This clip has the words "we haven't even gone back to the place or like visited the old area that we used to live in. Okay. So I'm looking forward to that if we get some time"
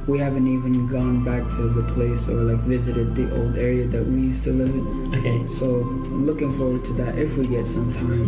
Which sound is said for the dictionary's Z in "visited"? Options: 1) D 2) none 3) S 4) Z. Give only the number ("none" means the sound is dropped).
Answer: 4